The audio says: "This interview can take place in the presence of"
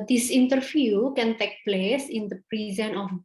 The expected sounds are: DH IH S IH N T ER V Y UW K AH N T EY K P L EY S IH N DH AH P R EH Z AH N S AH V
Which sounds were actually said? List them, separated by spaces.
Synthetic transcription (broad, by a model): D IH S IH N T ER F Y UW K AH N T EY K P L EY S IH N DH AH P R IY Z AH N AH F